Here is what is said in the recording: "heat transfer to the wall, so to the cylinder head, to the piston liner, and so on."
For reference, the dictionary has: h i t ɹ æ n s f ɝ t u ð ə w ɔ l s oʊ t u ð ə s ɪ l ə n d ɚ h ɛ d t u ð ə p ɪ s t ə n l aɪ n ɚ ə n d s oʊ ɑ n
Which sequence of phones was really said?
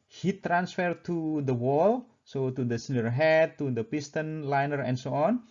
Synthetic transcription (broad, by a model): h i t ɹ æ n s f ɝ t u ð ə w ɔ l s oʊ t u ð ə s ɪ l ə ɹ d h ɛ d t u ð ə p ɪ s t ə n l aɪ n ɚ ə n s oʊ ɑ n